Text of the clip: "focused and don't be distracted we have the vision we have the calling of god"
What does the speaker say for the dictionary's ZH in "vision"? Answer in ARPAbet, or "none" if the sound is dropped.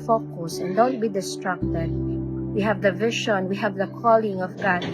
SH